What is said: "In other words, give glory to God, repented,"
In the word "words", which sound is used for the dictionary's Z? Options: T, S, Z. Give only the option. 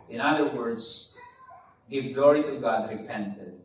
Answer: S